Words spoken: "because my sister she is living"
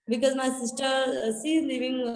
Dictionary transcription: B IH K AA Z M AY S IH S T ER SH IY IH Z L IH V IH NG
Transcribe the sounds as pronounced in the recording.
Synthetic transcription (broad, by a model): B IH K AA Z M AY S IH S T ER S IY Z L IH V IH NG